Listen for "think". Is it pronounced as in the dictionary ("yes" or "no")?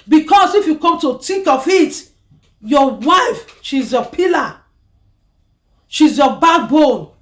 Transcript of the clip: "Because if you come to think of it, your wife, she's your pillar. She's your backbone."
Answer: no